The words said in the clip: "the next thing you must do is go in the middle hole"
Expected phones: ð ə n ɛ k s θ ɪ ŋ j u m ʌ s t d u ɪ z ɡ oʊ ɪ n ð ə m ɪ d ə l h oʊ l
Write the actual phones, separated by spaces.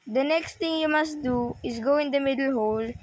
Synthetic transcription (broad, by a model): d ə n ɛ k s t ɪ ŋ j u m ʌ s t d u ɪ s ɡ oʊ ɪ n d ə m ɪ d ə l h oʊ l